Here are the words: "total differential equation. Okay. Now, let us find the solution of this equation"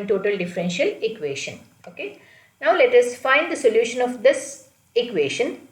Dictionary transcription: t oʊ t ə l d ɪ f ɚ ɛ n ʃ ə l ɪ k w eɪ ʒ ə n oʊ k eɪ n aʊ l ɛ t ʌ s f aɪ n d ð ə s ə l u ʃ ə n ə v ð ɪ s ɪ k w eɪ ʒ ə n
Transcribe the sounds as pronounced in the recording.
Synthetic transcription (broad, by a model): t oʊ t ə l d ɪ f ɚ ɛ n ʃ ə l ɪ k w eɪ ʃ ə n oʊ k eɪ n aʊ l ɛ t ʌ s f aɪ n d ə s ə l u ʃ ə n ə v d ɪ s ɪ k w eɪ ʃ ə n